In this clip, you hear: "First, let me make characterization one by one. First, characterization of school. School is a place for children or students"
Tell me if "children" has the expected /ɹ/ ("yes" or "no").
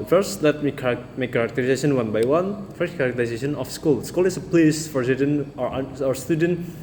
no